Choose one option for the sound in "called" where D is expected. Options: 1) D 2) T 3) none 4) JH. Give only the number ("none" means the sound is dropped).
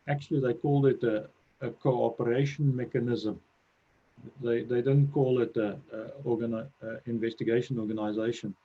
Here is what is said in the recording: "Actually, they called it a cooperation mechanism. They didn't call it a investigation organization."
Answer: 1